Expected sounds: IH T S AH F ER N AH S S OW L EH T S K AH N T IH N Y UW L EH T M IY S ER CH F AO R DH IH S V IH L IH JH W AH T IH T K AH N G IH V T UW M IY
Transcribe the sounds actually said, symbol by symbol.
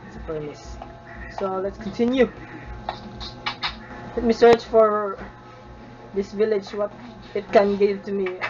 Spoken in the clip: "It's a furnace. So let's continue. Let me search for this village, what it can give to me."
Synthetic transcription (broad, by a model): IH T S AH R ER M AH S S OW L EH T S K AH N T IH N Y UW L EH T M IY S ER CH F AO R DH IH S V IH L IH JH W AH T IH T K AH N G IH V T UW M IY